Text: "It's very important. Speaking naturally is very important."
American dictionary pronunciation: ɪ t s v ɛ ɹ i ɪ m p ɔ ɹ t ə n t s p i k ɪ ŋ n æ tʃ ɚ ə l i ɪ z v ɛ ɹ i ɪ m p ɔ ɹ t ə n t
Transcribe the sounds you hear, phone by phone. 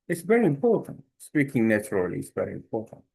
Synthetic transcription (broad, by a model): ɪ t s v ɛ ɹ i ɪ m p ɔ ɹ t ə n t s p i k ɪ ŋ n æ tʃ ɚ ə l i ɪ s v ɛ ɹ i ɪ m p ɔ ɹ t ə n t